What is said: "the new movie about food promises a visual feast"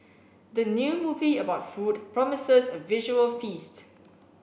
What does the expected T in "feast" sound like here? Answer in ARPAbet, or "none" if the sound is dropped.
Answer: T